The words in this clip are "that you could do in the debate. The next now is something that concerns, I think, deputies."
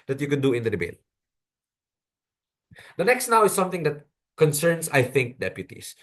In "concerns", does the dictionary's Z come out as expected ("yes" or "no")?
no